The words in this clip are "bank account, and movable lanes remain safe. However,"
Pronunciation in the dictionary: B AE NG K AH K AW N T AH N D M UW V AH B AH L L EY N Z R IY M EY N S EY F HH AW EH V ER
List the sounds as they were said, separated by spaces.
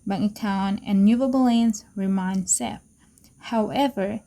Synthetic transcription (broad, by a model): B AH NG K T AW N AH N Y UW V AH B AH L L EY N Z R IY M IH N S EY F HH AW EH V ER